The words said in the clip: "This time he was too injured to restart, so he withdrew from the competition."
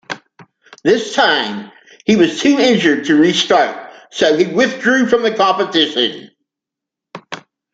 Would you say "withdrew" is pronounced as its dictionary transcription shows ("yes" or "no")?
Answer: yes